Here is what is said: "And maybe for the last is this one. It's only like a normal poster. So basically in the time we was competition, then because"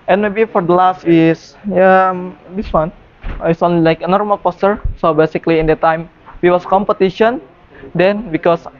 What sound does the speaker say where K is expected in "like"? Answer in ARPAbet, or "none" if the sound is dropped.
K